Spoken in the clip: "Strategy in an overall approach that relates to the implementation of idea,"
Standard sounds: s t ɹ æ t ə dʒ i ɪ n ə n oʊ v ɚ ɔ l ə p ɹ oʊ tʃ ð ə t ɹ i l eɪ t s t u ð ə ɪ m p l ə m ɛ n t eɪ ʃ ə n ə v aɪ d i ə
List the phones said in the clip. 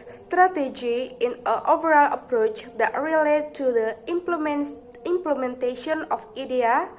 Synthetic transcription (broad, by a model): s t ɹ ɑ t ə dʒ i ɪ n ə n oʊ v ɚ ɔ l ə p ɹ oʊ tʃ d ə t ɹ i l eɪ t t u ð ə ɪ m p l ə m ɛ n t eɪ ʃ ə n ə f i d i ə